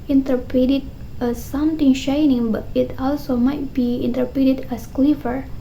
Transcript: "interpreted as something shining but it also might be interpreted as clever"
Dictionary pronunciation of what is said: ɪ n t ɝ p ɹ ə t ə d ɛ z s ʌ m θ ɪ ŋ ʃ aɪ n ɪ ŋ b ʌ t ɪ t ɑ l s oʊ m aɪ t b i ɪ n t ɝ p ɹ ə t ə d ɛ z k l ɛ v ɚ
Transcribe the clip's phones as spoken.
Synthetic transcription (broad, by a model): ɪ n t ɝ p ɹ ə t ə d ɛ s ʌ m t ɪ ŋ ʃ aɪ n ɪ ŋ b ʌ t ɪ t ɑ l s oʊ m aɪ t b i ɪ n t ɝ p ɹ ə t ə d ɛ s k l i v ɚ